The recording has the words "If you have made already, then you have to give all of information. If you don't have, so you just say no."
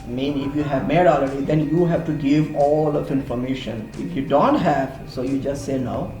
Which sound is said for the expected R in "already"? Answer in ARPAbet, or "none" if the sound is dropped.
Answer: none